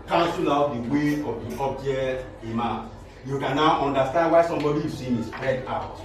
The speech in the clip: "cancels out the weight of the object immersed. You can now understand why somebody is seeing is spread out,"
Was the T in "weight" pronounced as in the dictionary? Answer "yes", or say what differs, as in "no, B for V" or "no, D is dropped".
no, T is dropped